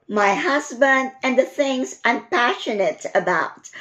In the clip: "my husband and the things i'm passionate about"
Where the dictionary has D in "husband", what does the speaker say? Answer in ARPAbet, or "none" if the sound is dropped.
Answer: D